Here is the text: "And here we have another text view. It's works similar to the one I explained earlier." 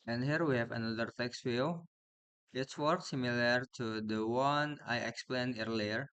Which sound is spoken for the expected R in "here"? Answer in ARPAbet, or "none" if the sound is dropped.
R